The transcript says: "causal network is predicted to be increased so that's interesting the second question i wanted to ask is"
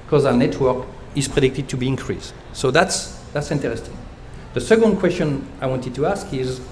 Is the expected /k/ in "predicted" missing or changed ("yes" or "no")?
no